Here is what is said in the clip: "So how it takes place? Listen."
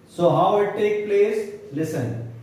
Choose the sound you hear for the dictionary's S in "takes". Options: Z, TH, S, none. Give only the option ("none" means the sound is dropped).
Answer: none